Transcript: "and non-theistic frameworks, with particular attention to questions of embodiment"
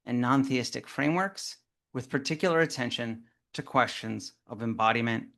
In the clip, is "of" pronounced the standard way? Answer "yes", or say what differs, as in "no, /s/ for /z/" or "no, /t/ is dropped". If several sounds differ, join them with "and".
yes